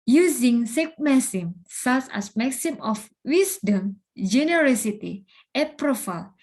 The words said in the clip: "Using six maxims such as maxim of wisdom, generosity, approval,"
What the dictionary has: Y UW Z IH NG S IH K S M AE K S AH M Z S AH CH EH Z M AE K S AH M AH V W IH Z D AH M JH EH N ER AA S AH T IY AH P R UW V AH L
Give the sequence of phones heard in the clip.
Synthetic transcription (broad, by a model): Y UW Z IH NG S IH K M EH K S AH M S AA S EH S M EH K S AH M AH F W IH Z D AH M JH EH N ER AA S AH T IY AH P R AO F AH L